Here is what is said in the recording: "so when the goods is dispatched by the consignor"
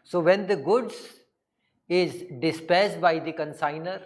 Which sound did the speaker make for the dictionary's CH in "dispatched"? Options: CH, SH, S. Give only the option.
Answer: S